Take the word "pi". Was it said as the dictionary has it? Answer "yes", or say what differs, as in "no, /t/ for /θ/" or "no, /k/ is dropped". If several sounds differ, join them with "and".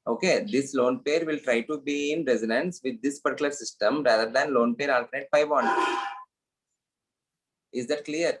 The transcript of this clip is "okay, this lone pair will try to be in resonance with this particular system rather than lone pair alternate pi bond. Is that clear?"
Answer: no, /f/ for /p/